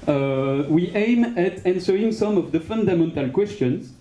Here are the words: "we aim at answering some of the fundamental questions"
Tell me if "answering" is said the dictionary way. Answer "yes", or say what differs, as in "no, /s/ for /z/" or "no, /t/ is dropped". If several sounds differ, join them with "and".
yes